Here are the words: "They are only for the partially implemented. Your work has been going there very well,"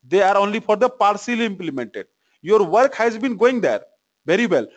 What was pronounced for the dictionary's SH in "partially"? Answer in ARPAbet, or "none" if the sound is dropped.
S